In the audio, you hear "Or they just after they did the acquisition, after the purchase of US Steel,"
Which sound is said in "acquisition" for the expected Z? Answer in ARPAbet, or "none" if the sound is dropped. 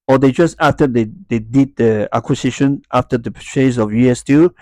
S